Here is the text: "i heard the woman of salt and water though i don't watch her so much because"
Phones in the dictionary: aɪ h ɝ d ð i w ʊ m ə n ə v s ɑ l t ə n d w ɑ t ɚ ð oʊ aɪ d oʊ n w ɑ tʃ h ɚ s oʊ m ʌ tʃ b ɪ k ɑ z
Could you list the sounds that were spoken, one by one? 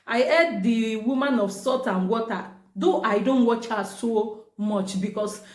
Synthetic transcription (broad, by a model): aɪ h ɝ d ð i w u m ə n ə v s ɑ t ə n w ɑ t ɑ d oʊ aɪ d oʊ n w ɑ tʃ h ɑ s oʊ m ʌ tʃ b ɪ k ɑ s